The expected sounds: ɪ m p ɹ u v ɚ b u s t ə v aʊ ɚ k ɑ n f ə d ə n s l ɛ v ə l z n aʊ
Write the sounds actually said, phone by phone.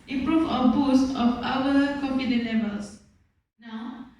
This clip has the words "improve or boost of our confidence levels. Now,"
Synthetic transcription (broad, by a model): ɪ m p ɹ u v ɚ b u s t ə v aʊ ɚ k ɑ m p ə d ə l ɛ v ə l s n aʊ